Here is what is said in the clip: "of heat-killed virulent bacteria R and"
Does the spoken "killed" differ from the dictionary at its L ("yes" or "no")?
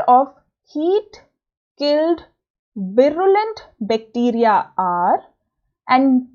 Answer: no